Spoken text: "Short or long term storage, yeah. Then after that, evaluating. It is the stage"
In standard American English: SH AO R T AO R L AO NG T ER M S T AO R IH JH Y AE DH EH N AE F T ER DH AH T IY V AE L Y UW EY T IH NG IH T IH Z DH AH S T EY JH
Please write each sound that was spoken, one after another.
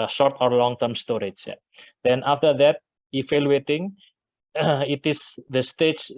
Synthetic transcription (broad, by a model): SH AO R T AO R L AO NG T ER M S T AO R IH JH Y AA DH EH N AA F T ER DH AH T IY F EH L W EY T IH NG IH T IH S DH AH S T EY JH